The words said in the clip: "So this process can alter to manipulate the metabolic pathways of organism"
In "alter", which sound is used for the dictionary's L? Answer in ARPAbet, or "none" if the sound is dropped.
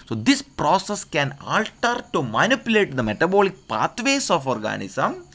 L